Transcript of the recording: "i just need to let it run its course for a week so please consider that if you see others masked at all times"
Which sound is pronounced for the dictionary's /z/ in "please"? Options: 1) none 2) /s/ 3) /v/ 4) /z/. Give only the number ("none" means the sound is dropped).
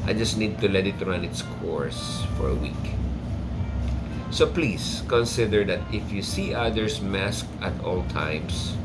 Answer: 2